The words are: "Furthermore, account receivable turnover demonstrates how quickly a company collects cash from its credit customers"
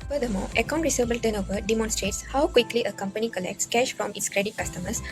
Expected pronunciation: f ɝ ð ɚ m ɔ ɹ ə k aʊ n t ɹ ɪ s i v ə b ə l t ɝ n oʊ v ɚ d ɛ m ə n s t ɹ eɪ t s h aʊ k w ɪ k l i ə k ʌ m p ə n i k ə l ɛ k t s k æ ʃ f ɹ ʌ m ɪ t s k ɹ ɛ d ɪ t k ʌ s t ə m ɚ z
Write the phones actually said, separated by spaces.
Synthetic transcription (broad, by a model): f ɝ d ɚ m ɔ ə k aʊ n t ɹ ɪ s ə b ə l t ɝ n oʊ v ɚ d ɛ m ə n s t ɹ eɪ t s h aʊ k w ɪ k l i ə k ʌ m p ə n i k ə l ɛ k t s k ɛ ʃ f ɹ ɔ m ɪ t s k ɹ ɛ d ɪ t k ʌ s t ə m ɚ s